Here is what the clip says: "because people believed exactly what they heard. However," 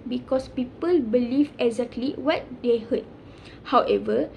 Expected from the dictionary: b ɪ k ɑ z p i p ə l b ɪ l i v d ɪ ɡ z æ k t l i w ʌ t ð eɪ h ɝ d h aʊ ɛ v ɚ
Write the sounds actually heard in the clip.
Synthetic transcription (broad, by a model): b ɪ k ɑ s p i p ə l b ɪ l i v ɪ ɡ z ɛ k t l i w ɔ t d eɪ h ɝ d h aʊ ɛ v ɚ